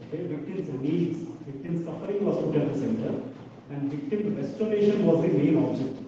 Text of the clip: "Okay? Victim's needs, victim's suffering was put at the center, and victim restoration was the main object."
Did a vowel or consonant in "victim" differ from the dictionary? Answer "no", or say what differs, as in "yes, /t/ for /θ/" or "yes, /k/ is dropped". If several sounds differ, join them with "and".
no